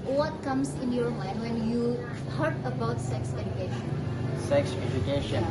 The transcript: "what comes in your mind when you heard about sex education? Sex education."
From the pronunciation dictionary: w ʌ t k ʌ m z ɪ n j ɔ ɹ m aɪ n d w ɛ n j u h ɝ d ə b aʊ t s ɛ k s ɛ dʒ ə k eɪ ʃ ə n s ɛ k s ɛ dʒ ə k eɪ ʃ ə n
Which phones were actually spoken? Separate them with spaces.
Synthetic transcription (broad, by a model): w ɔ t k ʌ m s ɪ n j ɔ ɹ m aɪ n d w ɛ n j u h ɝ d ə b aʊ t s ɛ k s ɛ dʒ ə k eɪ ʃ ə n s ɛ k s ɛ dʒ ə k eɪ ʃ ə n